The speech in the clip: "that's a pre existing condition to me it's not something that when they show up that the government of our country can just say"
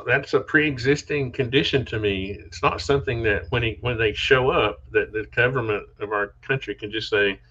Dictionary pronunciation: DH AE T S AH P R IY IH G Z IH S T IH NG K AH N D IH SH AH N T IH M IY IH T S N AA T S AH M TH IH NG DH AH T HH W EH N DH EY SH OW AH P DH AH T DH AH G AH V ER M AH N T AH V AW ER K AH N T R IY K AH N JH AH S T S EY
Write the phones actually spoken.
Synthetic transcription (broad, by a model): DH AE T S AH P R IY IH G Z IH S T IH NG K AH N D IH SH AH N T IH M IY IH T S N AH T S AH M TH IH NG DH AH T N W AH N DH EY SH OW AH P DH AH T DH AH G AH V ER M AH N T AH V AW ER K AH N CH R IY K AH N JH AH S T S EY